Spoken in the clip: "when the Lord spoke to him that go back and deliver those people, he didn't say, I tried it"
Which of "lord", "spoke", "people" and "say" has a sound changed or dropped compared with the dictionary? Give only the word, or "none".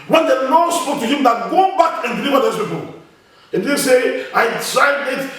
lord